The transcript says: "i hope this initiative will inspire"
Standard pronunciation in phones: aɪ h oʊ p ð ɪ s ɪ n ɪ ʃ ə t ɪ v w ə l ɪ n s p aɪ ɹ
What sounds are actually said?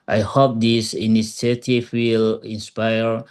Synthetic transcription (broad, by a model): aɪ h oʊ p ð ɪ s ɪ n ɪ s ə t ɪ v w ə l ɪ n s p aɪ ɹ